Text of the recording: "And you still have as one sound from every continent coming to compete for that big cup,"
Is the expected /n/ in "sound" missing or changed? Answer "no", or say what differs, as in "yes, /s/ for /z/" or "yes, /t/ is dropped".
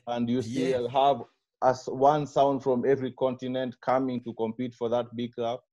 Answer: no